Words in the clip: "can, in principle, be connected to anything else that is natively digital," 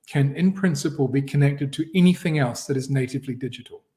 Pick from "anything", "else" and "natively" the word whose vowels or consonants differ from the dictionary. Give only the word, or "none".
none